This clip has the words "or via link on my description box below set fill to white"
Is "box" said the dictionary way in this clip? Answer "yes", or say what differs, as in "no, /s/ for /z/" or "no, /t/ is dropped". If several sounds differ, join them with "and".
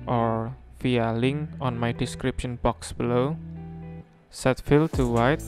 yes